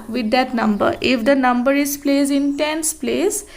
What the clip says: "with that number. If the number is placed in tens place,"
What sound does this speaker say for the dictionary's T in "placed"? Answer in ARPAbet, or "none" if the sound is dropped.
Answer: none